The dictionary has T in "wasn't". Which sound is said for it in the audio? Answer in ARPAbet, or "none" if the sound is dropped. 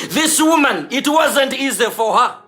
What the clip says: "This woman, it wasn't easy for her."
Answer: T